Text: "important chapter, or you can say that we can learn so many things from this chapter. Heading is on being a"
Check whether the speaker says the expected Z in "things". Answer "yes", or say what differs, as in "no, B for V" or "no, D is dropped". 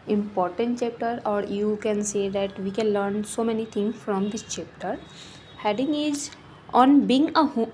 no, Z is dropped